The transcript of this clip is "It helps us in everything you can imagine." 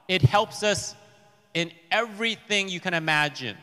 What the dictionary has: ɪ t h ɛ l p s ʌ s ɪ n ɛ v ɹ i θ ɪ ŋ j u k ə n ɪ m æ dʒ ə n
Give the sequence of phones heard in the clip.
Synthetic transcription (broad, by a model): ɪ t h ɛ l p s ʌ s ɪ n ɛ v ɹ i θ ɪ ŋ j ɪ k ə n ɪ m æ dʒ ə n